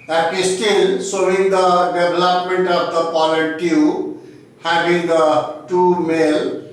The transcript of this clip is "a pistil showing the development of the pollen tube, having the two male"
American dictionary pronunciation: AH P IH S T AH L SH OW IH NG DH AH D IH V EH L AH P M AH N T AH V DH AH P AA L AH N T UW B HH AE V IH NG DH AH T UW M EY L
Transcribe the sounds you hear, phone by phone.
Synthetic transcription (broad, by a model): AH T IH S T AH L S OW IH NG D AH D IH B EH L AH P M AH N T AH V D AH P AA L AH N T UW HH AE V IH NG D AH T UW M EY L